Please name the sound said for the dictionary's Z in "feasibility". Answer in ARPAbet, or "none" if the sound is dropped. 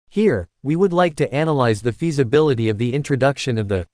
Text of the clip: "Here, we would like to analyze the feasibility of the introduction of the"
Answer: Z